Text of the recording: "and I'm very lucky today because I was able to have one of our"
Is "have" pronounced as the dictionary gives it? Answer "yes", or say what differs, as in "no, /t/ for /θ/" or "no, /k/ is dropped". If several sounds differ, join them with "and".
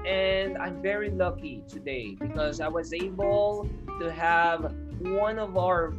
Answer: yes